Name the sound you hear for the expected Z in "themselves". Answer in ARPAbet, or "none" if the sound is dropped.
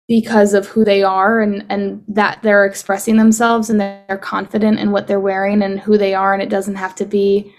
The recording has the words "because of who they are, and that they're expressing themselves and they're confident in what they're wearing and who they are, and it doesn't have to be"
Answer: Z